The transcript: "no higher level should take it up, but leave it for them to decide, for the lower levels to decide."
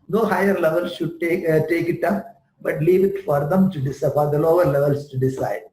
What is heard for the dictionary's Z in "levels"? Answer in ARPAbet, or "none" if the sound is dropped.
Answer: S